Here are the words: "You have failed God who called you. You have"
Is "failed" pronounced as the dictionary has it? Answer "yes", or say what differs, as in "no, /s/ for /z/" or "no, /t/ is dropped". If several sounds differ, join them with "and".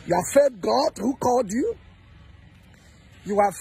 no, /l/ is dropped